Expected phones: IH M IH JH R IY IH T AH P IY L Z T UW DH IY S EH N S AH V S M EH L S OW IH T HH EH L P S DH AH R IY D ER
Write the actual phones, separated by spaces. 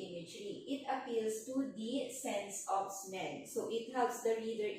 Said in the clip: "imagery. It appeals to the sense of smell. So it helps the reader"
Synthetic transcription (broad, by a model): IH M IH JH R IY IH T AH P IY L S T UW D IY S EH N S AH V S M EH N S OW IH T HH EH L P S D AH R IY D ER